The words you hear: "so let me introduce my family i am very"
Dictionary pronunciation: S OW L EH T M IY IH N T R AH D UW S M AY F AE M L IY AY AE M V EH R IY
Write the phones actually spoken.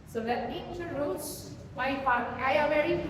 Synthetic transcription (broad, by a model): S OW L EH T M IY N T AH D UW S M AY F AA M IY AY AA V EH R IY